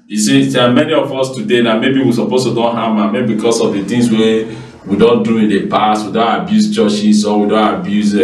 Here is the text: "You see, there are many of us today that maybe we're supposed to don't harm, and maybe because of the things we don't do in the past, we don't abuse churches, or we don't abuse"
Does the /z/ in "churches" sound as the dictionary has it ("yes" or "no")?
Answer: no